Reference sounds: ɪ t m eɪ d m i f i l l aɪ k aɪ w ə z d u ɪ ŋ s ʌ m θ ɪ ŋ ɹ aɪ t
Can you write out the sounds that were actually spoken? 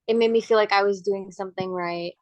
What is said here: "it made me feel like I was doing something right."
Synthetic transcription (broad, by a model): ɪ t m eɪ d m i f i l l aɪ k aɪ w ə z d u ɪ ŋ s ʌ m θ ɪ ŋ ɹ aɪ t